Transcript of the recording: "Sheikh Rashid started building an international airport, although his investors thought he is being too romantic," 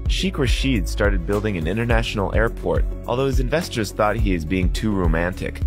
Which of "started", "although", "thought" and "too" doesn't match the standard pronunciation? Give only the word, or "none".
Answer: none